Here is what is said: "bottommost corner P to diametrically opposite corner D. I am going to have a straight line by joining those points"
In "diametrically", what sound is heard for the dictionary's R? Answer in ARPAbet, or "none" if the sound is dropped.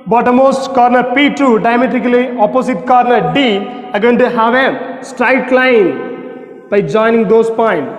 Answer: none